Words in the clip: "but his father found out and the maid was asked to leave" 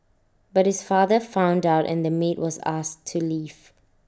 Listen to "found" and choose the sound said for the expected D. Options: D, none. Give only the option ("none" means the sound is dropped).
D